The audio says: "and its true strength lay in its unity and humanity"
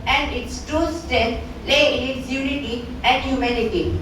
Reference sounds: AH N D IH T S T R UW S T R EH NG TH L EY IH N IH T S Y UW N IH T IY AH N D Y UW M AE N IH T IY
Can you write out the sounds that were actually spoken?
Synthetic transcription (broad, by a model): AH N D IH T S T UW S T EH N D L EY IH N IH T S Y UW N IH T IY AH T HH Y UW M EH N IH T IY